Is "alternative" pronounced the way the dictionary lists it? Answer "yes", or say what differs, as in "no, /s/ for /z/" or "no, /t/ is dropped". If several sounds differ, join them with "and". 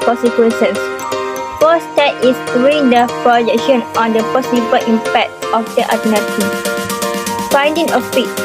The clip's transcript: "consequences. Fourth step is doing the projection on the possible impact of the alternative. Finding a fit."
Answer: no, /l/ is dropped